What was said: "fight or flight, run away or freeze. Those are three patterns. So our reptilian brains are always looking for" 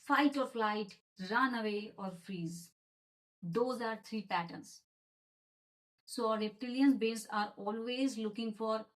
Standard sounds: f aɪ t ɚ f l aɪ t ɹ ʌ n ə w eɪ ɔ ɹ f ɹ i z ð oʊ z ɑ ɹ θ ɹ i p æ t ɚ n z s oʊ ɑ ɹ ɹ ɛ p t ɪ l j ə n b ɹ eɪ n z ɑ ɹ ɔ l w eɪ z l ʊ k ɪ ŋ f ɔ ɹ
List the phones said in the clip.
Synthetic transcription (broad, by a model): f aɪ t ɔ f l aɪ t ɹ ʌ n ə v eɪ ɔ ɹ f ɹ i z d oʊ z ɑ ɹ t ɹ i p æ t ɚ n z s oʊ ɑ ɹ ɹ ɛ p t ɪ l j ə n b eɪ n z ɑ ɹ ɔ l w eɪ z l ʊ k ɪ ŋ f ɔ ɹ